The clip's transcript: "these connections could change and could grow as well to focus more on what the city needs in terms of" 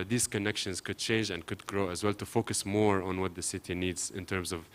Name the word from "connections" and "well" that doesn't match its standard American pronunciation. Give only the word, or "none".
none